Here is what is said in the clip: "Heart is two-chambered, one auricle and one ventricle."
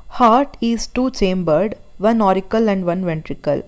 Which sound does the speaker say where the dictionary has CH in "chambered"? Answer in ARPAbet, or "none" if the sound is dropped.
CH